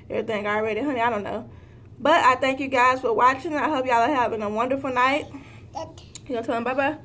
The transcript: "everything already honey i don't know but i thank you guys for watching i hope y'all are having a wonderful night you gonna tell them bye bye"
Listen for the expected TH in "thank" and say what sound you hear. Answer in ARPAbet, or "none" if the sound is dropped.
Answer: TH